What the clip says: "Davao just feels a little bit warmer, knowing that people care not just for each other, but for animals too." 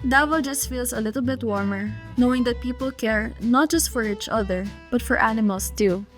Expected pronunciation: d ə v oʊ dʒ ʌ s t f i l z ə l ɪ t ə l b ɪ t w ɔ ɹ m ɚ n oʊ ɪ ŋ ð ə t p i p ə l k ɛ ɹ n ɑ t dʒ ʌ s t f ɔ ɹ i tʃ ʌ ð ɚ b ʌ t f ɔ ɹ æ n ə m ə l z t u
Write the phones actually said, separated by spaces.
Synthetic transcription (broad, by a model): d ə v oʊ dʒ ʌ s t f i l s ə l ɪ t ə l b ɪ t w ɔ ɹ m ɚ n oʊ ɪ ŋ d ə t p i p ə l k ɛ ɹ n ɑ t dʒ ʌ s t f ɔ ɹ i tʃ ʌ ð ɚ b ʌ t f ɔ ɹ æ n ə m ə l s t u